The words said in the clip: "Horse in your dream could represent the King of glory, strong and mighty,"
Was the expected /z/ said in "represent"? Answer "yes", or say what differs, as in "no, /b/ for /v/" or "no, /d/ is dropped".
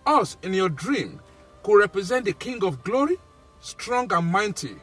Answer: yes